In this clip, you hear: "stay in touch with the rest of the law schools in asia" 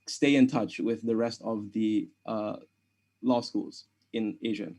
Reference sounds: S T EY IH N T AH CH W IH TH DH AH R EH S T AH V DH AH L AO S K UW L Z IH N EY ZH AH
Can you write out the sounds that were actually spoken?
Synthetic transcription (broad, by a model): S T EY IH N T AH CH W IH DH AH R EH S T AH V DH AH L AO S K UW L Z IH N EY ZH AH